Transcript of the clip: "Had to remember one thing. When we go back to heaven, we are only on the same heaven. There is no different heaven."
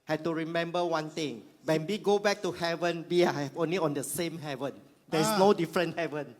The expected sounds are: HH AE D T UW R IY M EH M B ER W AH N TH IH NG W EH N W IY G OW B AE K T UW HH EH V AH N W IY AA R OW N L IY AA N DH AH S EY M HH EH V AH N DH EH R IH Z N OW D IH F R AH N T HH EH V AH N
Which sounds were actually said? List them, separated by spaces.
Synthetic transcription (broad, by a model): HH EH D T UW R IY M EH M B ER W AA N T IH NG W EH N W IY G OW B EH K T UW HH EH V AH N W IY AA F OW N L IY AA N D AH S EY M HH EH V AH N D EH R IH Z N OW D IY F R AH N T HH EH V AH N